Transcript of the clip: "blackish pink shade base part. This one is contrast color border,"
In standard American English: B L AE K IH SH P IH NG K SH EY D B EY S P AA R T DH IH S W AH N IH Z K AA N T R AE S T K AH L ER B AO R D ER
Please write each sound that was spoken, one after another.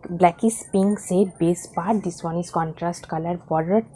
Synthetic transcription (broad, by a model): B L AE K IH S P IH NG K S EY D B EY S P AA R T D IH S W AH N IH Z K AA N T R AE S T K AH L ER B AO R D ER